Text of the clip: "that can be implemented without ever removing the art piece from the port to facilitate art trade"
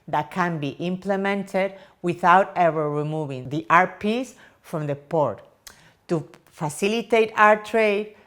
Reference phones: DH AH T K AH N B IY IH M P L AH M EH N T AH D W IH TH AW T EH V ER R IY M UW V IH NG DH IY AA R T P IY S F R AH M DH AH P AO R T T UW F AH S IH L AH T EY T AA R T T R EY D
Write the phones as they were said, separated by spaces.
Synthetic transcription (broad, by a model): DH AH T K AH N B IY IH M P L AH M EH N T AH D W IH TH AW T EH V ER R IY M UW V IH NG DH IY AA R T P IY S F R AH M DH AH P AO R T T UW F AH S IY L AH T EY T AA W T T R EY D